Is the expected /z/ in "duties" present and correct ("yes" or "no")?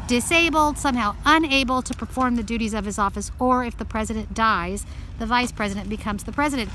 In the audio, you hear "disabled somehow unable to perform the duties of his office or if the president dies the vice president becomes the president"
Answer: yes